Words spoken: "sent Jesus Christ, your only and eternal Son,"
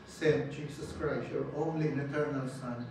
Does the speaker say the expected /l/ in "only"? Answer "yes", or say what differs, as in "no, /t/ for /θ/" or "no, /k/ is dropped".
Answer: yes